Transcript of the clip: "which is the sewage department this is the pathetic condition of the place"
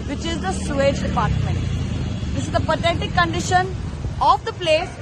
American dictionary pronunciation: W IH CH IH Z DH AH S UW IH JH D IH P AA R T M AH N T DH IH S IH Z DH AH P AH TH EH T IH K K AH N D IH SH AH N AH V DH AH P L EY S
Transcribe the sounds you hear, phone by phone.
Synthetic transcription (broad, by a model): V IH CH IH Z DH AH S UW IH JH D IH P AA R T M AH N T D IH S IH Z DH AH P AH T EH T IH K K AH N D IH SH AH N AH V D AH P L EY S